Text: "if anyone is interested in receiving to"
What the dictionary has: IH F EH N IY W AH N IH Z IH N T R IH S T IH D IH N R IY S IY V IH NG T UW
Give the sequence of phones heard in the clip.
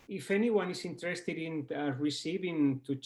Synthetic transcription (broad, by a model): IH F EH N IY W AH N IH S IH N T R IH S T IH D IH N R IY S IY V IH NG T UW